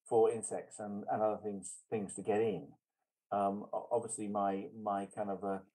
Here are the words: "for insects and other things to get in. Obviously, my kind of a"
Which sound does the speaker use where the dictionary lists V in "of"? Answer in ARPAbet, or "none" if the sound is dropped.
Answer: V